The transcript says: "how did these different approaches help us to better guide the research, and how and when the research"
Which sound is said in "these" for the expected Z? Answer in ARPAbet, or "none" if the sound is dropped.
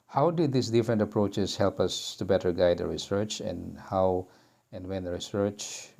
S